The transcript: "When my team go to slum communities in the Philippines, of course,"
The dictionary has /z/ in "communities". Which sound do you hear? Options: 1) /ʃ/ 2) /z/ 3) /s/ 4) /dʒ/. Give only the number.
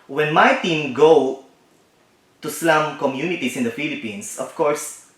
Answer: 3